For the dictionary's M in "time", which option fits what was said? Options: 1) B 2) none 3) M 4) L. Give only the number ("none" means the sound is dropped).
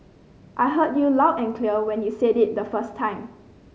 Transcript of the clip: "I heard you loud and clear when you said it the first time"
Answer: 3